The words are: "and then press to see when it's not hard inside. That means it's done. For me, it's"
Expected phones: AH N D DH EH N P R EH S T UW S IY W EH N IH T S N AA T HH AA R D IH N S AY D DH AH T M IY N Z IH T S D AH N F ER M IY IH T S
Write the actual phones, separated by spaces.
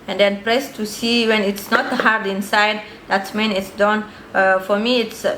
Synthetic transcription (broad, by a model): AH N D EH N P R EH S T UW S IY W EH N IH T S N AA T HH AA R D IH N S AY D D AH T M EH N IH T S D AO N F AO M IY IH T S